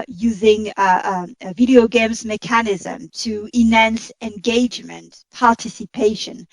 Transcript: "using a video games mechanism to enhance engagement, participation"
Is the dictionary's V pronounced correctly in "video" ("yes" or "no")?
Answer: yes